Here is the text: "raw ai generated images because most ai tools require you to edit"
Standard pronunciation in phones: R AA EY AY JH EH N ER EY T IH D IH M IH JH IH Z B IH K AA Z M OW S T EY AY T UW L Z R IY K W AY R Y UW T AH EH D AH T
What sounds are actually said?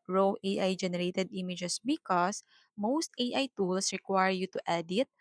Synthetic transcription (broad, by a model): R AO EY AY JH EH N ER EY T IH D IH M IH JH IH S B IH K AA S M OW S T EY AY T UW L S R IY K W AY R Y UW T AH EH D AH T